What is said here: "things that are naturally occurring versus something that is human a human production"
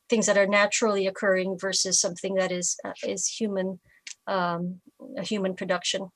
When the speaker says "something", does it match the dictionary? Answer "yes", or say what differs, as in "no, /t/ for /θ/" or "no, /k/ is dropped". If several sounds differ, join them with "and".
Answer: yes